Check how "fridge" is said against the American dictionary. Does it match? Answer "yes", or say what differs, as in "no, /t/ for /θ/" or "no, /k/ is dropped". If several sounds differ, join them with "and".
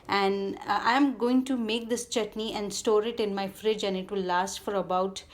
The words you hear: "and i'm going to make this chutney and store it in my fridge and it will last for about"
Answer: yes